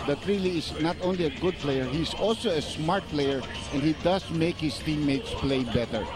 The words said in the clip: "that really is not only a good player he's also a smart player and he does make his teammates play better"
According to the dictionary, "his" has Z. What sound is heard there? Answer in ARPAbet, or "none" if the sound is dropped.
S